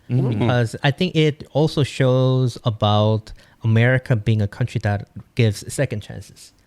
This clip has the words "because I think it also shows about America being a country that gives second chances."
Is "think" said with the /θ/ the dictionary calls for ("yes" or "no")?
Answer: yes